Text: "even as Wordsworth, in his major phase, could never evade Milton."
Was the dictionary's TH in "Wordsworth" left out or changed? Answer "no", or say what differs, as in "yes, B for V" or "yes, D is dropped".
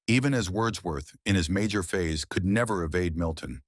no